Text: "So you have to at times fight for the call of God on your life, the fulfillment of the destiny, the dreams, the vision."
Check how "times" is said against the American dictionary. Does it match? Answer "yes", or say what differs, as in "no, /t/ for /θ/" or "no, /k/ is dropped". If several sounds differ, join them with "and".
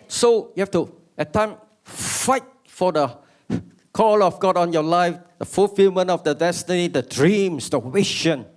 no, /z/ is dropped